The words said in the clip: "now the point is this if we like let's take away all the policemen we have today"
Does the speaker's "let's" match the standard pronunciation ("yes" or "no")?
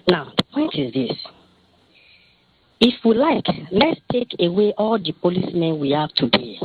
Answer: yes